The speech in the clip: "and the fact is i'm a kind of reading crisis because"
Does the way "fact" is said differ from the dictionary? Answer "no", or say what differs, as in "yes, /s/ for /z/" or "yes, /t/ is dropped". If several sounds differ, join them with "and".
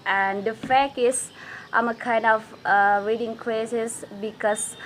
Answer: yes, /t/ is dropped